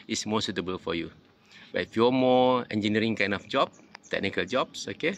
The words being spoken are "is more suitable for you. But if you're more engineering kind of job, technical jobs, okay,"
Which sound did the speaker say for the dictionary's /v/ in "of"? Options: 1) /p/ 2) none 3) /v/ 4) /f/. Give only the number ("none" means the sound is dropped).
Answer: 4